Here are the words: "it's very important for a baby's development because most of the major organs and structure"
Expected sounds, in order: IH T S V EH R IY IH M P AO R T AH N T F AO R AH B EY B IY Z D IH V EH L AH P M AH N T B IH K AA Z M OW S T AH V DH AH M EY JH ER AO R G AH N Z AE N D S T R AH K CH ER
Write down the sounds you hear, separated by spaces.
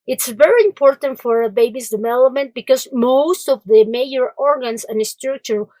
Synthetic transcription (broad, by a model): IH T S V EH R IY IH M P AO R T AH N T F AO R AH B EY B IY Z D IH V EH L AH P M AH N T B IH K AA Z M OW S T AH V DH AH M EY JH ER AO R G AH N S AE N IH S T R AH K CH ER